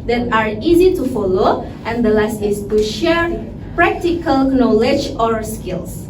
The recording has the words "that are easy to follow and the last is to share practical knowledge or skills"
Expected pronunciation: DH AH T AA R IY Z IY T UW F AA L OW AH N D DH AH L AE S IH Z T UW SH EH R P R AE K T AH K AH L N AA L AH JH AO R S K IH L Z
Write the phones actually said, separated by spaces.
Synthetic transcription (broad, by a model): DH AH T AA R IY Z IY T UW F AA L OW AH N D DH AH L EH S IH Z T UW SH EH R P R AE K T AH K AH L N AA L AH JH AO R S K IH L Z